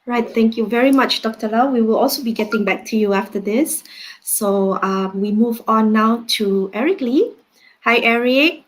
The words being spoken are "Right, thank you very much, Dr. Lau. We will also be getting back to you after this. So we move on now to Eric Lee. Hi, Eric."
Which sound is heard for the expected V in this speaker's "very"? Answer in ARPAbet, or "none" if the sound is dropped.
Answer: V